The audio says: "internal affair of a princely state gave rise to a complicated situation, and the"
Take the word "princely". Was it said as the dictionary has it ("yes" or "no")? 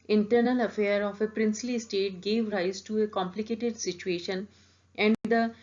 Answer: yes